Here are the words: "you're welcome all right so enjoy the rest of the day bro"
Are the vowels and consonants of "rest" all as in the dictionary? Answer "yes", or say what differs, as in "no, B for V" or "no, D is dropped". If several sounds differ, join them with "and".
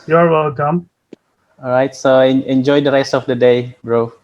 yes